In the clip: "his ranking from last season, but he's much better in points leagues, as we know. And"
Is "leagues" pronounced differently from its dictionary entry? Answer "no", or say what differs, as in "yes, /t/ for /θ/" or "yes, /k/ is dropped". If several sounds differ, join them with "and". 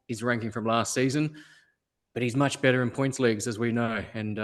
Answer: no